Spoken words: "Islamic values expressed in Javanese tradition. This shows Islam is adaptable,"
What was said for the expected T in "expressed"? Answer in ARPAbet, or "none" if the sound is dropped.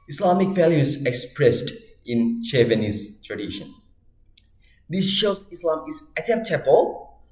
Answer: T